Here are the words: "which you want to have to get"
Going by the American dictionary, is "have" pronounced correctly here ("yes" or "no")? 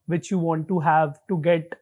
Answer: yes